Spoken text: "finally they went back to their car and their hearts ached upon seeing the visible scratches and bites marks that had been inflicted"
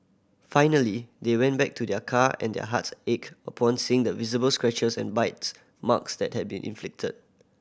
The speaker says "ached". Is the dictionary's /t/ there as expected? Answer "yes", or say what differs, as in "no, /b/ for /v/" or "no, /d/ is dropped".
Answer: no, /t/ is dropped